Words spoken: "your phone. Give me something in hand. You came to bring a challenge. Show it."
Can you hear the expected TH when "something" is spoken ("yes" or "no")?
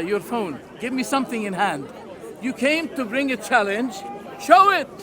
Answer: yes